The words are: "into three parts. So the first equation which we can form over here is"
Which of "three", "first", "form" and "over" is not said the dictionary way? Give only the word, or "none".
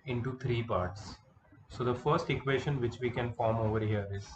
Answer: three